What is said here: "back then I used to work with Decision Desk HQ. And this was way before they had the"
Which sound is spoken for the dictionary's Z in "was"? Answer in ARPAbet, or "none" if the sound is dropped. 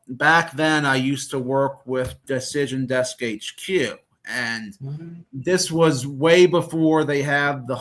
Z